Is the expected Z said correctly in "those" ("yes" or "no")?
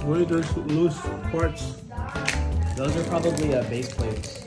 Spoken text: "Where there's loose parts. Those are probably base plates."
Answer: yes